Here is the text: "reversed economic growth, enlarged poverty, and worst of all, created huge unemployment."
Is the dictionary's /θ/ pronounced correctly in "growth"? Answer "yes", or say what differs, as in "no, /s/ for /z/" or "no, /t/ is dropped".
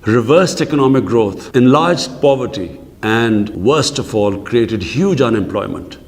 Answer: no, /t/ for /θ/